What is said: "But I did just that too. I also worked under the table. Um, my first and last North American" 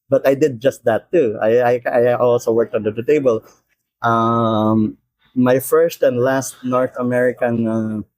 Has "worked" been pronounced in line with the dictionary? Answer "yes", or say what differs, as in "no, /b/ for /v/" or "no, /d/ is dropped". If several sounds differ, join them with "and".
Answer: yes